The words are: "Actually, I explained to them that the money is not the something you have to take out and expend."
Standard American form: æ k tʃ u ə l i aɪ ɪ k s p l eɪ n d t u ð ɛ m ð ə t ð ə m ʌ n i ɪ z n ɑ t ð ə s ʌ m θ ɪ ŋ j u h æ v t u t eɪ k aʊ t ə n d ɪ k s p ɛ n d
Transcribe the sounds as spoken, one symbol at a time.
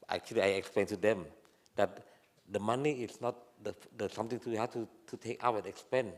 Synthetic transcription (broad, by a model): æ k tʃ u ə l i aɪ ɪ k s p l eɪ n t u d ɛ m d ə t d ə m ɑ n i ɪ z n ɑ t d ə s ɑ m t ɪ ŋ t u h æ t t u t eɪ k aʊ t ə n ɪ k s p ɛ n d